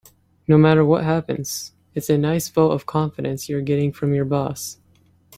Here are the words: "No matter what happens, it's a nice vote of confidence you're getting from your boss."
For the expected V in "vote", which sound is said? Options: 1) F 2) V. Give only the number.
1